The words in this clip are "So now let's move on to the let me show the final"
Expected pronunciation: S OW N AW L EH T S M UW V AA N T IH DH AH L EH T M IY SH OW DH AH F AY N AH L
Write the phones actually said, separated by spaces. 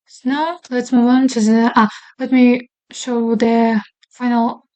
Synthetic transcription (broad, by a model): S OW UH L EH T S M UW AA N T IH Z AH L EH T M IY SH OW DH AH F AY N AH L